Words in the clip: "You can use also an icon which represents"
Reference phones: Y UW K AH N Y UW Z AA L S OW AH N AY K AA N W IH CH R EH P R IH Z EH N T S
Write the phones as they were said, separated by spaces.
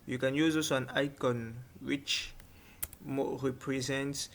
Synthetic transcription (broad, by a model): Y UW K AH N Y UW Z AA S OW AH N AY K AA N W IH CH R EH P R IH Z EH N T S